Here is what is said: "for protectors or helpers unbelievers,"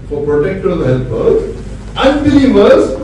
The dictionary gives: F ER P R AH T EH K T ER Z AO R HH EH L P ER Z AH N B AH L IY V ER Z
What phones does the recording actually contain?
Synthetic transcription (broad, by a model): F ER P R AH T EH K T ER AH L HH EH L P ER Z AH N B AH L IY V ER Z